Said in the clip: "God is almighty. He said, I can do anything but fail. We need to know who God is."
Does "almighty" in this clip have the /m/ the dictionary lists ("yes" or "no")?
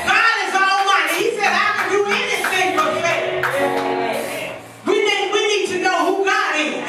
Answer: no